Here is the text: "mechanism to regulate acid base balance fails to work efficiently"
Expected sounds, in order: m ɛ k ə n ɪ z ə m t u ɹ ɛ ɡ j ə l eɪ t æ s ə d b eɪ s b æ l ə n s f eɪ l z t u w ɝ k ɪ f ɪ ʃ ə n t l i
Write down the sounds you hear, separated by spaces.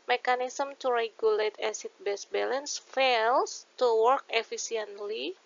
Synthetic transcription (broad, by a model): m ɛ k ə n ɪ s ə m t u ɹ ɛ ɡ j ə l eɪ t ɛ s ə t b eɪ s b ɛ l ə n s f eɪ l s t u w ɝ k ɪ f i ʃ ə n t l i